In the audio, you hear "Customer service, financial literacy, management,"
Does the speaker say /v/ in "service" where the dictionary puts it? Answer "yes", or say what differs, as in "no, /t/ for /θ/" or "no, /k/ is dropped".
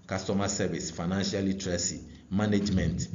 no, /b/ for /v/